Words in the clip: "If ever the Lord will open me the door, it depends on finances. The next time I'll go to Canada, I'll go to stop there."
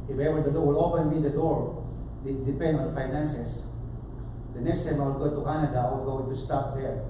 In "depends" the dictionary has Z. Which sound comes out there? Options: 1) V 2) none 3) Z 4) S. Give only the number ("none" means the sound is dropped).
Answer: 2